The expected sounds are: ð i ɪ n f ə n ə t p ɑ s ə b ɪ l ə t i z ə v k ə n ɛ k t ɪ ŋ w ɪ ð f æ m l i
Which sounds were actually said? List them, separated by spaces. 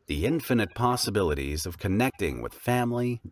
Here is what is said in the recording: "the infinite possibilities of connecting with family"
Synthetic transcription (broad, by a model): ð i ɪ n f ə n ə t p ɑ s ə b ɪ l ə t i z ə v k ə n ɛ k t ɪ ŋ w ɪ ð f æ m l i